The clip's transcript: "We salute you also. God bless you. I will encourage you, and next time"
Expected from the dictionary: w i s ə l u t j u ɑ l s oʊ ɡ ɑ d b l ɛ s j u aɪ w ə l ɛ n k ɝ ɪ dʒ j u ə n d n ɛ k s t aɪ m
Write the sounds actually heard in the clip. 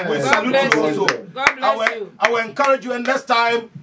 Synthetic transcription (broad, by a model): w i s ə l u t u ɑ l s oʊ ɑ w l aɪ w ə l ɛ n k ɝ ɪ dʒ j u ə n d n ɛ s t aɪ m